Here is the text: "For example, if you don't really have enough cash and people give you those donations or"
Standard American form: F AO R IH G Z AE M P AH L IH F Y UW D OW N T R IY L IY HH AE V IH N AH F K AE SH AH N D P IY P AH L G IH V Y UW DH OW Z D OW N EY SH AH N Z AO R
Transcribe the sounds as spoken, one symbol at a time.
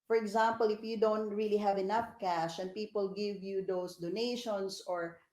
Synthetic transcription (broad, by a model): F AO R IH G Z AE M P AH L IH F Y UW D OW N T R IY L IY HH AE V IH N AH F K AE SH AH N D P IY P AH L G IH V Y UW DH OW S D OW N EY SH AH N S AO R